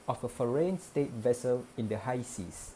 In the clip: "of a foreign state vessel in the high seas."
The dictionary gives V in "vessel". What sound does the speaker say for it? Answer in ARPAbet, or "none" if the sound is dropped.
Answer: V